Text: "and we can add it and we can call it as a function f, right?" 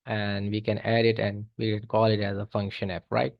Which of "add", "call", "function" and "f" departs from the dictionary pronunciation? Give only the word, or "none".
f